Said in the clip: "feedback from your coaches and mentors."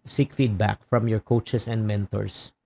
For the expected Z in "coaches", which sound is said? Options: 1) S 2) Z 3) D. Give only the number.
1